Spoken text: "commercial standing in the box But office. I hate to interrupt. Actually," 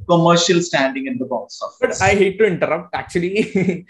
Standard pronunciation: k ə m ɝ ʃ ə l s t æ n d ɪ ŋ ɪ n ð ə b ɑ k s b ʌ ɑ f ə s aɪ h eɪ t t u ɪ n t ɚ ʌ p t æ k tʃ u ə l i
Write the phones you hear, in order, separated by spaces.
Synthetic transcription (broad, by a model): k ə m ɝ ʃ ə l s t æ n d ɪ ŋ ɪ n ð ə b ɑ s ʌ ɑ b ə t aɪ h eɪ t t u ɪ n t ɚ ʌ p t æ k tʃ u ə l i